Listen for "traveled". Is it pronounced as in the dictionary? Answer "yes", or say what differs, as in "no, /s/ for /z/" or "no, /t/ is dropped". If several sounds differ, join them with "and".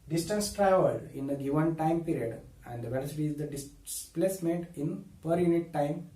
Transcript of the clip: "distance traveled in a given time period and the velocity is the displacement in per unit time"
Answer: no, /d/ is dropped